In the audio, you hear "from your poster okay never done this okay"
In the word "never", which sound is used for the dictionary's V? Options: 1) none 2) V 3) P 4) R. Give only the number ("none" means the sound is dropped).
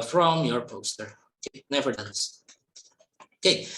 2